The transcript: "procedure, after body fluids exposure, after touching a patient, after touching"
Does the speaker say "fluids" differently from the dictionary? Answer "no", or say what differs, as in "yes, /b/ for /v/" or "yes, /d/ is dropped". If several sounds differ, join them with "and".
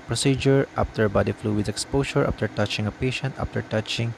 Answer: yes, /z/ is dropped